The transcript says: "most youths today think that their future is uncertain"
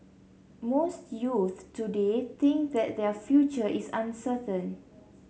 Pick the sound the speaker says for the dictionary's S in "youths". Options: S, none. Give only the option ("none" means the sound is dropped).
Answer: none